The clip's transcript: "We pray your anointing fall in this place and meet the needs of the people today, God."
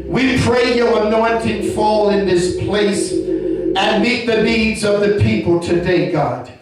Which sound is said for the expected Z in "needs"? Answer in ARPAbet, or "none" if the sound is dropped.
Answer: Z